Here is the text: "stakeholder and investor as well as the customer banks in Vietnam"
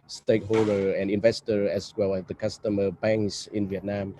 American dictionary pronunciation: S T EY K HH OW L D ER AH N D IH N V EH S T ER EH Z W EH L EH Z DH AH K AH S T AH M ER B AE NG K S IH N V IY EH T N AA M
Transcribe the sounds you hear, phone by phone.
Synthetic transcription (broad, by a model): S T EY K HH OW L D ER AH N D IH N V EH S T ER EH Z W EH L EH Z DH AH K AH S T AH M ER B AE NG K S IH N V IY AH T N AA M